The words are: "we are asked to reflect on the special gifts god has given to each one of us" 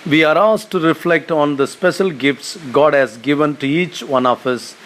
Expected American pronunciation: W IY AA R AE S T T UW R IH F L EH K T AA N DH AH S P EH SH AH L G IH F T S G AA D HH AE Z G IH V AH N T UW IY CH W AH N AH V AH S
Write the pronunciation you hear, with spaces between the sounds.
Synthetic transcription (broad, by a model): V IY AA R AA S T T UW R IH F L EH K T AA N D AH S P EH SH AH L G IH F T S G AA D HH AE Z G IH V AH N T UW IY CH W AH N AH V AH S